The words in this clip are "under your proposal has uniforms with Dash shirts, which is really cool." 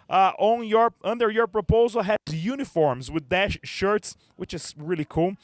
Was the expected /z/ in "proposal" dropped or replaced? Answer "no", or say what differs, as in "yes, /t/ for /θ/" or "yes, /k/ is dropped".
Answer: no